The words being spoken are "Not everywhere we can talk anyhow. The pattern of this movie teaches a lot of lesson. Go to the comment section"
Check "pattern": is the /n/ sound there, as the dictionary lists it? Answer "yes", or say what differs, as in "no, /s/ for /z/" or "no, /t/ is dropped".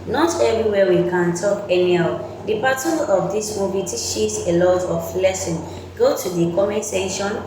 no, /n/ is dropped